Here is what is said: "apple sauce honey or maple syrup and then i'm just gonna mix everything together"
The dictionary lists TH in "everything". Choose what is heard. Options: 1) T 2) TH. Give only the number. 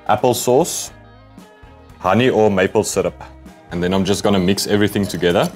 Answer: 2